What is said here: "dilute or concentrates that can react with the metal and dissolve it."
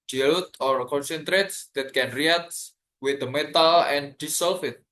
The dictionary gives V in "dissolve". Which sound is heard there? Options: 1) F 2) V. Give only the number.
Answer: 1